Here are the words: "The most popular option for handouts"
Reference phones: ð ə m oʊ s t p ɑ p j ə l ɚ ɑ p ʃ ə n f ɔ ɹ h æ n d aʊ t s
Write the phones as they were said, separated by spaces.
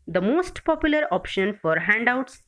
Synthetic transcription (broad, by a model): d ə m oʊ s t p ɑ p j ə l ɚ ɑ p ʃ ə n f ɔ ɹ h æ n d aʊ t s